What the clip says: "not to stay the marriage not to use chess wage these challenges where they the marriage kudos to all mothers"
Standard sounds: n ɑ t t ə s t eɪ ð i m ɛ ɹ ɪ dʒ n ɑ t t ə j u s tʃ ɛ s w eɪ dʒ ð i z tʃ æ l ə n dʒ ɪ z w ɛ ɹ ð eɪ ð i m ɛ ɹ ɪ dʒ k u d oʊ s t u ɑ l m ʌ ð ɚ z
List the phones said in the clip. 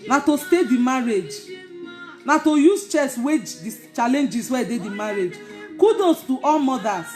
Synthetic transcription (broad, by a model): n ɑ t t ə s t eɪ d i m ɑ ɹ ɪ dʒ n ɑ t t ə j u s tʃ ɛ s w eɪ dʒ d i tʃ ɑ l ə n dʒ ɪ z w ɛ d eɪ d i m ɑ ɹ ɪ dʒ k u d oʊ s t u ɑ l m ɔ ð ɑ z